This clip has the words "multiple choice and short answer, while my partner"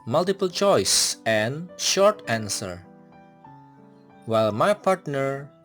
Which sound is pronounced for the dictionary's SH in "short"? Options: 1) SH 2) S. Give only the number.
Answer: 1